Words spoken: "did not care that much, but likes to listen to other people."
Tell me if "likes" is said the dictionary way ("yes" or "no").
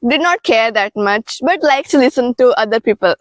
no